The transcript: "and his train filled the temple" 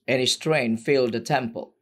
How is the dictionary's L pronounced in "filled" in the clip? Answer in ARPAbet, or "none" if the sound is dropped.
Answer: L